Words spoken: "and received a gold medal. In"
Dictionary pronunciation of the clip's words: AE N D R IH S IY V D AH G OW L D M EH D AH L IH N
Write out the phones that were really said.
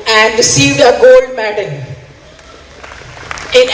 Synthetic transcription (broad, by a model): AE N D R IH S IY V D AH G OW L D M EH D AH N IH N